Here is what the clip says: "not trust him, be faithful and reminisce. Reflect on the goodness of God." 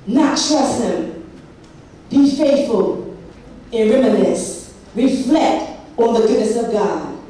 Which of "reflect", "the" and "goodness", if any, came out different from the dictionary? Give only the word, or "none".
none